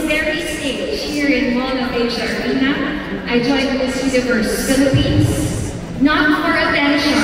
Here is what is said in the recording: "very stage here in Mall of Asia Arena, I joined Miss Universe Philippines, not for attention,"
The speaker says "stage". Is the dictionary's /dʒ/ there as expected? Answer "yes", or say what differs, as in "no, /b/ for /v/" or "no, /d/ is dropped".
no, /tʃ/ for /dʒ/